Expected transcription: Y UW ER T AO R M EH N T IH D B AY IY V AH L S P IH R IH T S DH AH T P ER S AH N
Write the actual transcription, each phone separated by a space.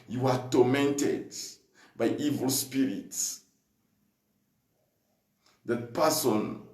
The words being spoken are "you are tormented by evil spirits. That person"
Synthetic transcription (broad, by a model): Y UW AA T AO M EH N T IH D B AY IY V AH L S P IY R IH T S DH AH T P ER S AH N